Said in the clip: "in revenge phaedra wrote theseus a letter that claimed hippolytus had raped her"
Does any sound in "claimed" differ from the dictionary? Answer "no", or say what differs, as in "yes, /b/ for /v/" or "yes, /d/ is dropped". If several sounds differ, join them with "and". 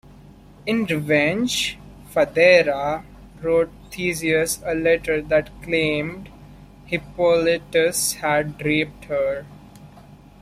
no